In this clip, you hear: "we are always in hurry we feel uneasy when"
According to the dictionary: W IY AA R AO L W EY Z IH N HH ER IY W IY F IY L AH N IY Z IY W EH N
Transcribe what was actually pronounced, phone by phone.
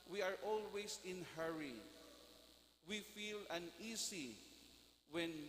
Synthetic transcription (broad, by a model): W IY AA R AO L W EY S IH N HH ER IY W IY F IY L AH N IY S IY W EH N